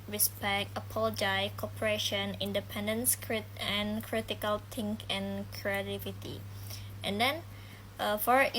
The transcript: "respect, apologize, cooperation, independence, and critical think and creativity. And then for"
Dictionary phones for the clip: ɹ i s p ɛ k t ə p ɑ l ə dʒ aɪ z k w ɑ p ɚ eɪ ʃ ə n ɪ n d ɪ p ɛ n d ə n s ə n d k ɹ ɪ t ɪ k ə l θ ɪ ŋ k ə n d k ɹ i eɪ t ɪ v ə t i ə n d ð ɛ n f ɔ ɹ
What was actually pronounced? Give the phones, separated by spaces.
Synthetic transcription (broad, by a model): ɹ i s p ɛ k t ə p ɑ l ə dʒ aɪ k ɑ p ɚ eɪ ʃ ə n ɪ n d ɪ p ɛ n d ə n s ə n k ɹ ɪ t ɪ k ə l t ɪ ŋ k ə n k ɹ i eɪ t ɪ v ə t i ə n d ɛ n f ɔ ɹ